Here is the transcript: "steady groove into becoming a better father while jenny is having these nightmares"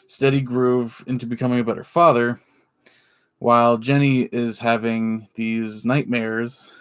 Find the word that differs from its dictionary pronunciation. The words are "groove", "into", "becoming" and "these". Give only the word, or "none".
none